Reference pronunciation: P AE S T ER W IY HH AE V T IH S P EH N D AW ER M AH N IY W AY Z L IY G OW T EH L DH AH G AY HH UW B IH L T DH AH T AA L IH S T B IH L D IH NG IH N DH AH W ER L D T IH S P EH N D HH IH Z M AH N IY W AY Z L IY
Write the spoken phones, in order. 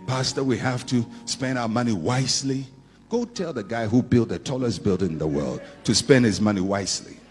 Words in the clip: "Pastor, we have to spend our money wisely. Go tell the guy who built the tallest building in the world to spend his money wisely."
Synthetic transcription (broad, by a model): P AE S T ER W IY HH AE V T IH S P EH N D AW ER M AH N IY W AY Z L IY G OW T EH L DH AH G AY HH UW B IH L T DH AH T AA L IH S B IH L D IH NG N DH AH W ER L D T IH S P EH N D HH IH Z M AH N IY W AY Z L IY